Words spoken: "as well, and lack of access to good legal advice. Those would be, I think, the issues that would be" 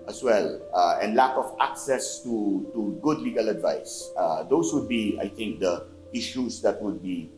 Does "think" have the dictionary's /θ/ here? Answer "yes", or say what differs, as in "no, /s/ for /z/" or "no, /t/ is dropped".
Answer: no, /t/ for /θ/